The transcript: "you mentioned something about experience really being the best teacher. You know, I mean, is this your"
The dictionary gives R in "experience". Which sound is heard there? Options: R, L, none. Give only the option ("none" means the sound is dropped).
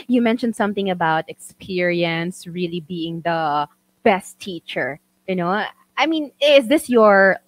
R